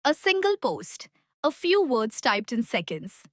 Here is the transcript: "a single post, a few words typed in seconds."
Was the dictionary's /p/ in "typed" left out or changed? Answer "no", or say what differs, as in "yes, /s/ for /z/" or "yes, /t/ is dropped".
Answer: no